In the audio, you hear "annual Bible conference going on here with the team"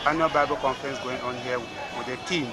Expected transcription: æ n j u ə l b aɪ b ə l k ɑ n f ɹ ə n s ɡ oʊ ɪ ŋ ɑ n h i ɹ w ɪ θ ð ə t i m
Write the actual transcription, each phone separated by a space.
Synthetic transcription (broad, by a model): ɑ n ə b aɪ b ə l k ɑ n f ɹ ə n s ɡ oʊ ɪ ŋ ɑ n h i w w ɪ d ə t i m